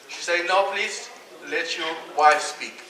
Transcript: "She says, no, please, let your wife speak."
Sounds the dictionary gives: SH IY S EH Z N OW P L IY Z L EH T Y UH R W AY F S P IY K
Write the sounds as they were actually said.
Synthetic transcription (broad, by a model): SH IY S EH N OW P L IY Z L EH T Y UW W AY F S P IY K